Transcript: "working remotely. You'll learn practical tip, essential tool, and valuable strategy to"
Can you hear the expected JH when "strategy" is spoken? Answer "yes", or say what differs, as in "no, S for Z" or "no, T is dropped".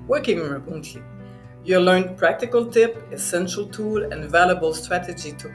yes